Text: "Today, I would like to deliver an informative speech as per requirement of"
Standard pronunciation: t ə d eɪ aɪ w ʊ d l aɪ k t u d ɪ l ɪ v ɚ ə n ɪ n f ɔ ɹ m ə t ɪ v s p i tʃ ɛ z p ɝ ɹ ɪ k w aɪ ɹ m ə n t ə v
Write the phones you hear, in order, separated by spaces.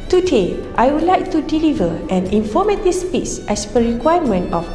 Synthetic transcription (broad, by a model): t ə d eɪ aɪ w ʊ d l aɪ k t u d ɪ l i v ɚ ə n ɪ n f ɔ m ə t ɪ s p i s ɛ s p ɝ ɹ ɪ k w aɪ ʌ m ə n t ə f